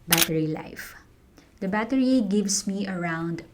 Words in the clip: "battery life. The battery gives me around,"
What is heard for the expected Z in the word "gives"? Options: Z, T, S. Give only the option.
S